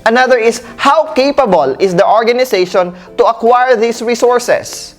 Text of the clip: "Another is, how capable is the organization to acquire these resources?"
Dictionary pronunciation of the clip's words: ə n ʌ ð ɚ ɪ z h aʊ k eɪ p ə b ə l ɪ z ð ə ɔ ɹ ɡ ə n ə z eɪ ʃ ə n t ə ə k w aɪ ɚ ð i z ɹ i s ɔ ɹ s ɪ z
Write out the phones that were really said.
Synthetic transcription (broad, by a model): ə n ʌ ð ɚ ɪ s h aʊ k eɪ p ə b ə l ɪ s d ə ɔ ɹ ɡ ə n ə s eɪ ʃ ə n t ə ə k w aɪ ɚ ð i s ɹ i s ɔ ɹ s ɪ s